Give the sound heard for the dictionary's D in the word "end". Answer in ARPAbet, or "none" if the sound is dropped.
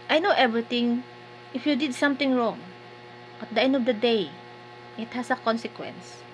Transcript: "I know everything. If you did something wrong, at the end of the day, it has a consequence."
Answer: D